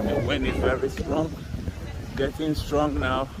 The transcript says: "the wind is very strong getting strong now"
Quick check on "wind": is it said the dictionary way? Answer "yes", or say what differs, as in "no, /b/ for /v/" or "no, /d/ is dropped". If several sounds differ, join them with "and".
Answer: no, /d/ is dropped